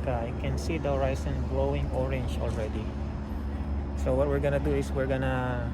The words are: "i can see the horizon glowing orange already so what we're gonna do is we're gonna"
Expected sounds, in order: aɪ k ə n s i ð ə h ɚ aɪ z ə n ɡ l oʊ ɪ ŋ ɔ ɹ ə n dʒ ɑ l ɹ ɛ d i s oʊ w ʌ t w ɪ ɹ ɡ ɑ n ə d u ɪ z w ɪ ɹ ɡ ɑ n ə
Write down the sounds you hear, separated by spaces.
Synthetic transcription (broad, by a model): aɪ k ə n s i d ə h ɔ aɪ s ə n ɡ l oʊ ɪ ŋ ɔ ɹ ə n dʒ ɑ l ɹ ɛ d i s oʊ w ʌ t w ɪ ɹ ɡ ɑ n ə d u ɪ s w ɪ ɹ ɡ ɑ n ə